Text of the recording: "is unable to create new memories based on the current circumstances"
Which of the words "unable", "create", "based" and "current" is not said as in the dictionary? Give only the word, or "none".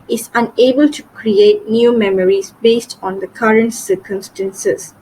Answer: none